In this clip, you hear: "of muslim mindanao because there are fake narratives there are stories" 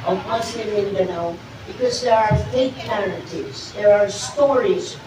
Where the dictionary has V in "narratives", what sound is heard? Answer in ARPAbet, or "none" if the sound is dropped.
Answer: none